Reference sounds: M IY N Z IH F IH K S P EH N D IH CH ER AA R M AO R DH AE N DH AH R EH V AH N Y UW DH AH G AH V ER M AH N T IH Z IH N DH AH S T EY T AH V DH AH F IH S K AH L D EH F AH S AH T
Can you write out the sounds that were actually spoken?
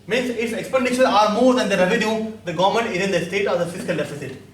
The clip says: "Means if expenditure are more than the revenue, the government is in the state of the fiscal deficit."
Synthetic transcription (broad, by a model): M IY N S IH F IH K S P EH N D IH SH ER AA R M AO R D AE N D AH R EH V AH N Y UW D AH G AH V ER M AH N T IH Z IH N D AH S T EY T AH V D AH F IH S K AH L D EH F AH S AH T